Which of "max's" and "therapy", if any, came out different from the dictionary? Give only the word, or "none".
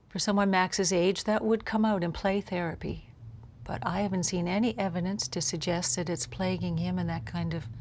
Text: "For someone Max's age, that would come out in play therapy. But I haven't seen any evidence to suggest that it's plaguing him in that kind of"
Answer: none